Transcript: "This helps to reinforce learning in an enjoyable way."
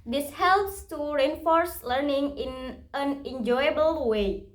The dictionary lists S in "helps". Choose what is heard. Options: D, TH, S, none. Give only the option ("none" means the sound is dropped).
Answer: S